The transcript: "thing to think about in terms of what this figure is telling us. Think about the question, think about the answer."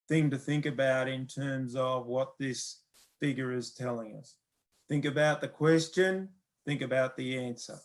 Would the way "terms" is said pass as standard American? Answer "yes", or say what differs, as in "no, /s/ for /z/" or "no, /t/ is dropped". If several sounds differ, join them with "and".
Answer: yes